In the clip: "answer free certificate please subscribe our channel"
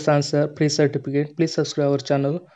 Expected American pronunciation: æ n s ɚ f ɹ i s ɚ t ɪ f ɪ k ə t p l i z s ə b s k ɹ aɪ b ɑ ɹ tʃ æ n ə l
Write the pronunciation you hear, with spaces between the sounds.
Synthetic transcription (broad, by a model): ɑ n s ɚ p ɹ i s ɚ t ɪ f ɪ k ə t p l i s s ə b s k ɹ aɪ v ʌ ɹ tʃ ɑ n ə l